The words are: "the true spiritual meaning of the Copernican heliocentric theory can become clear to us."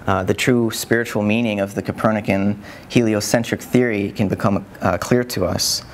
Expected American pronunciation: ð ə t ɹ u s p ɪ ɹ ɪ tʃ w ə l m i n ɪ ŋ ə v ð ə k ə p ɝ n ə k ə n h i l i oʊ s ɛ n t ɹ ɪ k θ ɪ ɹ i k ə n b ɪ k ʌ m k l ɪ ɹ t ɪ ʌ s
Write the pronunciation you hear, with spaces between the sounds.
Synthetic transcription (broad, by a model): ð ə t ɹ u s p ɪ ɹ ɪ tʃ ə l m i n ɪ ŋ ə v ð ə k ə p ɝ n ə k ə n h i l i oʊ s ɛ n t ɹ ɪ k θ ɪ ɹ i k ə n b ɪ k ʌ m k l ɪ ɹ t ɪ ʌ s